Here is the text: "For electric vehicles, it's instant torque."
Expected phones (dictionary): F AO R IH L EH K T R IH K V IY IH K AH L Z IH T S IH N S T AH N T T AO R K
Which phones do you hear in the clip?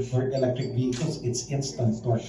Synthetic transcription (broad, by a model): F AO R IH L EH K T R IH K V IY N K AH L S IH T S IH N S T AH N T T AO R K